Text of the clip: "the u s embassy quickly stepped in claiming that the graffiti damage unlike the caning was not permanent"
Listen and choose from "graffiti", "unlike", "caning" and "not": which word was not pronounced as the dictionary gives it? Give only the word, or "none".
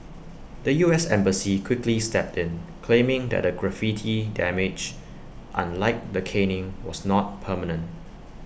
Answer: none